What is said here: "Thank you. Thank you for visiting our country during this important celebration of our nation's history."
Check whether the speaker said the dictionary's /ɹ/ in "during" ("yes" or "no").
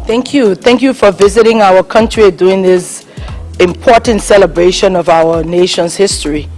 no